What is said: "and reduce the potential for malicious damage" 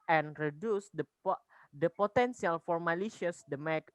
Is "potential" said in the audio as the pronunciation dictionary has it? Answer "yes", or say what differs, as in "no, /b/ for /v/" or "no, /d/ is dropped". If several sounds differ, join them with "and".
no, /s/ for /ʃ/